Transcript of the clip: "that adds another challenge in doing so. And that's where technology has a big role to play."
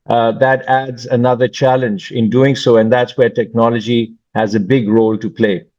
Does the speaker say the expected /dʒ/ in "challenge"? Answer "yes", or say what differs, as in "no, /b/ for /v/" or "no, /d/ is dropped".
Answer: yes